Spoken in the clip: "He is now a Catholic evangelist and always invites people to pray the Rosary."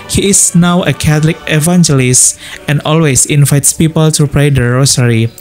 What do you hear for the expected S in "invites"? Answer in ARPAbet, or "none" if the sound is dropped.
S